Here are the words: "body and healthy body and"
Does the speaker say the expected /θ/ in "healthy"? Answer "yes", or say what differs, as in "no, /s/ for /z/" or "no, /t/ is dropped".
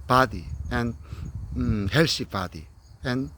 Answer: no, /s/ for /θ/